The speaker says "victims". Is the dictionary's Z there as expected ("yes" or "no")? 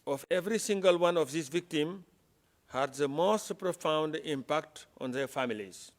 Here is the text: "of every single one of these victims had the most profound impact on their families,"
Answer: no